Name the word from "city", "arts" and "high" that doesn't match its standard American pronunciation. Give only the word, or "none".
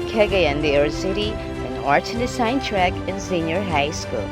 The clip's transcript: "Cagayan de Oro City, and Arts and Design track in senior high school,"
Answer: arts